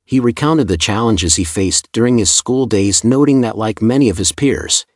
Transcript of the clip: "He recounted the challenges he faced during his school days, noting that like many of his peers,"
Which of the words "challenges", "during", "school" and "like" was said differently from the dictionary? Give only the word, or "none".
none